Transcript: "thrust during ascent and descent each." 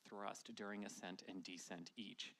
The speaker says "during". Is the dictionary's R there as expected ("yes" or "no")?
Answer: yes